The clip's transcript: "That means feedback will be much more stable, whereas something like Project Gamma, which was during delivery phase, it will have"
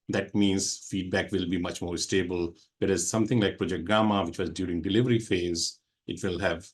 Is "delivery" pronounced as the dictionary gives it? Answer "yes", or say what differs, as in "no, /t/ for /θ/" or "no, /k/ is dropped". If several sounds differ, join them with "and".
yes